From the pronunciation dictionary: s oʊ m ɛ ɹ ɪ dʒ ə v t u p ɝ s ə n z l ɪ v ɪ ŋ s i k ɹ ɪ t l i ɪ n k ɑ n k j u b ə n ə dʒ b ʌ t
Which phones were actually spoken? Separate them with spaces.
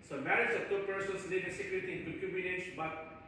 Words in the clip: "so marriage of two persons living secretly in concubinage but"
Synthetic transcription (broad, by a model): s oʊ m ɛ ɹ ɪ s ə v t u p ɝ s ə n s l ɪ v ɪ s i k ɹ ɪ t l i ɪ n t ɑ k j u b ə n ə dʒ b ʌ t